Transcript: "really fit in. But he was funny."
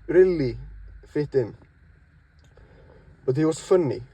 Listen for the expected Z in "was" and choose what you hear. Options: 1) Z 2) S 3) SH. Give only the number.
2